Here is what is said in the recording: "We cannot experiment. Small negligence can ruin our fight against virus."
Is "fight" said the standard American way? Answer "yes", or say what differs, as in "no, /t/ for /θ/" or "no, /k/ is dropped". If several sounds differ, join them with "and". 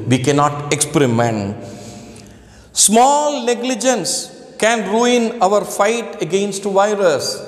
yes